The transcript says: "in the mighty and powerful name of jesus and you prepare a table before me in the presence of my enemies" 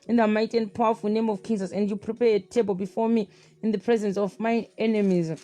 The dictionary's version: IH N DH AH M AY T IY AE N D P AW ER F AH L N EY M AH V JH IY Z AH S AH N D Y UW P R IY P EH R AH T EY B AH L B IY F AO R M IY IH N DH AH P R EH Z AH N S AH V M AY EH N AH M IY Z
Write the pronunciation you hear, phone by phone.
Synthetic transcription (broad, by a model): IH N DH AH M AY T IY N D P AW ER F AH L N EY M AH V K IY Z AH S AH N D Y UW P R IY P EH AH T EY B AH L B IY F AO M IY IH N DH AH P R EH Z AH N S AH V M AY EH N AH M IY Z